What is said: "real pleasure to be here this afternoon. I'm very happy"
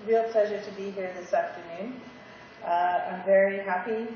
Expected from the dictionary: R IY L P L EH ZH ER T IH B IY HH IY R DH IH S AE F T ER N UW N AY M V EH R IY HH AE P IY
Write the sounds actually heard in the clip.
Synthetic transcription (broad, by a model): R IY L P L EH ZH ER T IH B IY HH IY R DH IH S AE F T ER N UW N AY M V EH R IY HH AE P IY